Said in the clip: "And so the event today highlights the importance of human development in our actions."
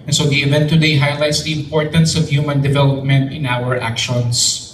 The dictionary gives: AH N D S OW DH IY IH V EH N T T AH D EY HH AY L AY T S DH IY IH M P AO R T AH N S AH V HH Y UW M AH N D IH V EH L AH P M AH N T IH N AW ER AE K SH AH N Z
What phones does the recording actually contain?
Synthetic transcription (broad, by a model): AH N S OW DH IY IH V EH N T T AH D EY HH AY L AY T S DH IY IH M P AO R T AH N S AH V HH Y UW M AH N D IH V EH L AH P M AH N T IH N AW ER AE K SH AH N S